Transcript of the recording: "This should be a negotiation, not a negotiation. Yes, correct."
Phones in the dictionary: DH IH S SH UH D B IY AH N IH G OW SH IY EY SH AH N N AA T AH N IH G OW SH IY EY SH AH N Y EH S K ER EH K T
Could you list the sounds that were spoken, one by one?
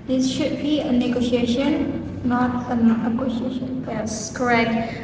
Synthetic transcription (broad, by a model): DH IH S SH UH D B IY AH N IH G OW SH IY EY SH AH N N AA T AH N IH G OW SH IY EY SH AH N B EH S K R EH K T